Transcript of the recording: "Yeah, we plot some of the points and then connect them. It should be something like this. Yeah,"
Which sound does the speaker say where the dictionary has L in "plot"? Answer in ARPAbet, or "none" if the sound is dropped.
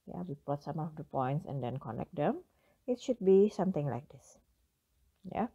none